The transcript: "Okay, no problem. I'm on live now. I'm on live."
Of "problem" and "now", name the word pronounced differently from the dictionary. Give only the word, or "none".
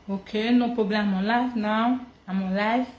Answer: problem